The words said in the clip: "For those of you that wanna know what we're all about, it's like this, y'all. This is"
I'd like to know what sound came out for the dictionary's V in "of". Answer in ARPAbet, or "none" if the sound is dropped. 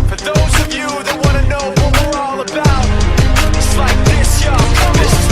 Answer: V